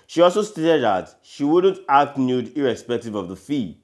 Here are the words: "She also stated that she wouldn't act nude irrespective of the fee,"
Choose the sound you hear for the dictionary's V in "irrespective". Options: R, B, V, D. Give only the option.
V